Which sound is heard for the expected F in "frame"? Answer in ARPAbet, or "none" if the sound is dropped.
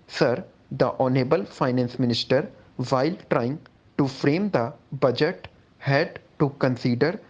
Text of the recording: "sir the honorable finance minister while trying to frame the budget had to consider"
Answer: F